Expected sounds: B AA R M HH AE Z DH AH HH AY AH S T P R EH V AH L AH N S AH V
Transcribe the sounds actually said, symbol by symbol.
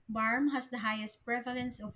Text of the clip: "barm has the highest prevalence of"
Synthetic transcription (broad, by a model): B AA R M HH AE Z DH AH HH AY AH S T P R EH V AH L AH N S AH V